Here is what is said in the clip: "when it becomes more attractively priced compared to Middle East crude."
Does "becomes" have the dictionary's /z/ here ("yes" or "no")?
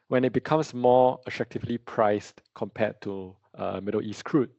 no